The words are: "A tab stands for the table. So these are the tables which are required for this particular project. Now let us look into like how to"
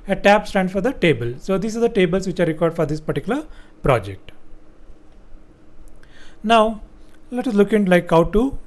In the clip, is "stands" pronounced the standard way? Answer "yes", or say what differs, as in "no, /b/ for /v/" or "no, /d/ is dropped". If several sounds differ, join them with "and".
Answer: no, /z/ is dropped